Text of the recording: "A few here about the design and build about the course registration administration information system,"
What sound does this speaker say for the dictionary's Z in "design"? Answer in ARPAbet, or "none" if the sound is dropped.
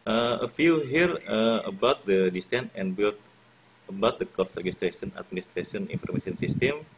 S